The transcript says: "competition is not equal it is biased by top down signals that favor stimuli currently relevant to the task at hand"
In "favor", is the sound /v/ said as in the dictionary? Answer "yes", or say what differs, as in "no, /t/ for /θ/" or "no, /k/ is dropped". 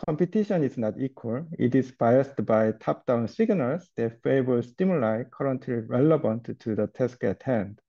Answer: no, /b/ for /v/